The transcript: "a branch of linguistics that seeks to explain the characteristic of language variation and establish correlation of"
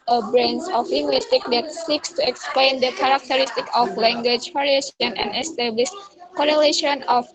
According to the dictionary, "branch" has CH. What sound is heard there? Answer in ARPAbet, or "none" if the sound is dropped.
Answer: S